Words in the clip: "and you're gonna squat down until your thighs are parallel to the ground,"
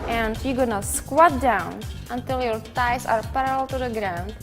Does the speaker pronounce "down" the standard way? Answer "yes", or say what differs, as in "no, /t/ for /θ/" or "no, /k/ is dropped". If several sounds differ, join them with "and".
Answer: yes